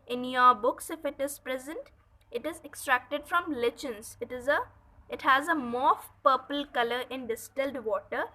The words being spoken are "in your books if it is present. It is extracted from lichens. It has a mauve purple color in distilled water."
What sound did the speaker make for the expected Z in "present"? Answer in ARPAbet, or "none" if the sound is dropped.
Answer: Z